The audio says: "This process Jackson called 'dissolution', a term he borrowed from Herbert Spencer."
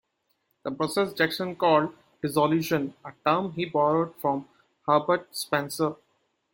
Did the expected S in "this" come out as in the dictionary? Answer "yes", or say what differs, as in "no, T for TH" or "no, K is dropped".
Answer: no, S is dropped